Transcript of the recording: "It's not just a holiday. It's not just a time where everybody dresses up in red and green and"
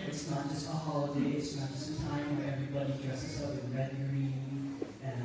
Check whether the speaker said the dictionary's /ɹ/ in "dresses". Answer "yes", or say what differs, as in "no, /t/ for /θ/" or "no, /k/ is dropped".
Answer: yes